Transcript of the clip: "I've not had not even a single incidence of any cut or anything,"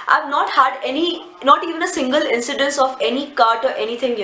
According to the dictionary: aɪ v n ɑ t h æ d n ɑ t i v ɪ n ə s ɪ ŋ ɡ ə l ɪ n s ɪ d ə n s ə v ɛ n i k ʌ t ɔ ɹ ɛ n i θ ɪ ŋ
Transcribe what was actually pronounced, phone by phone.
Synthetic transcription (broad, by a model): aɪ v n ɑ t h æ d n ɑ t i v ɪ n ə s ɪ ŋ ɡ ə l ɪ n s ɪ d ə n s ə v ɛ n i k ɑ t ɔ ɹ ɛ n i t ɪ ŋ